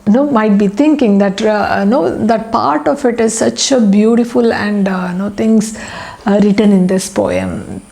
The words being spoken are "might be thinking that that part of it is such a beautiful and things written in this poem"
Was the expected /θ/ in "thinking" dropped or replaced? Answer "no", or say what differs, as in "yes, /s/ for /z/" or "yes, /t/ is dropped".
yes, /t/ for /θ/